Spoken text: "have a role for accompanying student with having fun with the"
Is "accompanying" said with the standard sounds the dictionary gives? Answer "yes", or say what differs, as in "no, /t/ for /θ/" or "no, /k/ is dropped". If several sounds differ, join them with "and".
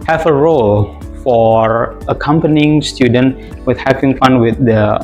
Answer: yes